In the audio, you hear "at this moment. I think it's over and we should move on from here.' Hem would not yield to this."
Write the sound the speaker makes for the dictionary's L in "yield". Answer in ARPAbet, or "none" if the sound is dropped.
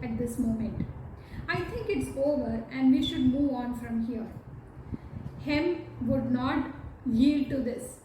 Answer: L